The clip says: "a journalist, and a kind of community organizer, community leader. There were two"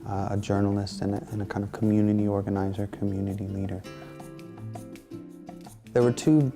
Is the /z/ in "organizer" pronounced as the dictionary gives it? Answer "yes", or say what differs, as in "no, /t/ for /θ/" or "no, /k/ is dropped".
yes